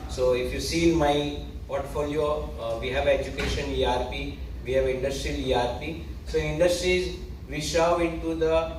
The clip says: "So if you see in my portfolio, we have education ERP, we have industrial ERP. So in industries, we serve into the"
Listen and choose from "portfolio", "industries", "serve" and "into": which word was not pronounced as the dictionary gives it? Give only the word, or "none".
serve